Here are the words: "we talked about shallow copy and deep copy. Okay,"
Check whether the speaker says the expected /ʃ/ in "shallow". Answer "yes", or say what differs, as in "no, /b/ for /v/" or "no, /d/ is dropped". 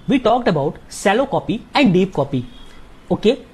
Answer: no, /s/ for /ʃ/